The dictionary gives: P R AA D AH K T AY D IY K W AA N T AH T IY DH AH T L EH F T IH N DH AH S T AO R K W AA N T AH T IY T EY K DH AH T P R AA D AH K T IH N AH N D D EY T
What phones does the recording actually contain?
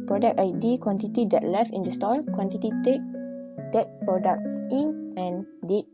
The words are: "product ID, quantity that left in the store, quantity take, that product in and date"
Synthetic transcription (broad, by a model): P R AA D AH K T AY D IY K W AA N T AH T IY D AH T L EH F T IH N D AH S T AO L K W AA N T AH T IY T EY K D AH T P R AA D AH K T IH N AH N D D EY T